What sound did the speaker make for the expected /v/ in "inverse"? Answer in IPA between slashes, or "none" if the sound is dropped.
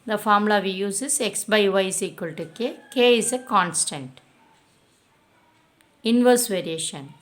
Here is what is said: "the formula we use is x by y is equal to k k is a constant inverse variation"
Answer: /v/